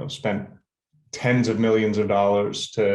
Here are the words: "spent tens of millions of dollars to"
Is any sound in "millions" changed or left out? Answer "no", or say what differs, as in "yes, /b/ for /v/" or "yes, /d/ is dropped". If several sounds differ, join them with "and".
no